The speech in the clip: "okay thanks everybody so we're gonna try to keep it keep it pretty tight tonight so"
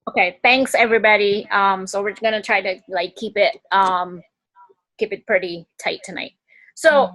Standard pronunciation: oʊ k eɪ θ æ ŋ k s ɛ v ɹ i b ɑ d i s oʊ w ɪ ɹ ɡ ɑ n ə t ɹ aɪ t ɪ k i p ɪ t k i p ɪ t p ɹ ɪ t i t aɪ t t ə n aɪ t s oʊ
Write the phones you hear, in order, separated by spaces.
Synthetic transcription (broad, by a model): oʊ k eɪ θ æ ŋ k s ɛ v ɹ i b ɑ d i s oʊ w ɪ ɹ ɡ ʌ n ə t ɹ aɪ t ɪ k i p ɪ t k i p ɪ t p ɹ ɪ t i t aɪ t t ə n aɪ t s oʊ